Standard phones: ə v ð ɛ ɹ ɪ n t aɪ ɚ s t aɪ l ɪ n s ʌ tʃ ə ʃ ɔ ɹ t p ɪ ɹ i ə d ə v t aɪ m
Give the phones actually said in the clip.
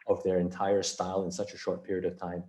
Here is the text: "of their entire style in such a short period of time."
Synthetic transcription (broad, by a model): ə v ð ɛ ɹ ɪ n t aɪ ɚ s t aɪ l ɪ n s ʌ tʃ ə ʃ ɔ ɹ t p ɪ ɹ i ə d ə v t aɪ m